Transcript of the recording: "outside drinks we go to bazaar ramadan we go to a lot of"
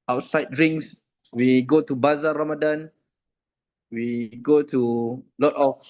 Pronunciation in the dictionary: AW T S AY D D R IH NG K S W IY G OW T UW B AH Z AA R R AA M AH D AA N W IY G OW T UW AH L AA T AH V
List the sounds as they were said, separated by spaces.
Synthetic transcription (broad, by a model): AW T S AY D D R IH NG S W IY G OW T UW B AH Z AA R R AA M AH D AA N W IY G OW T UW L AA T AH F